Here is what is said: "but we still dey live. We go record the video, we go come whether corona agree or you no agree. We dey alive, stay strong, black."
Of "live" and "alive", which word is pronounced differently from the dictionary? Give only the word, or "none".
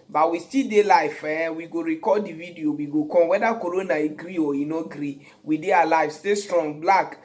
live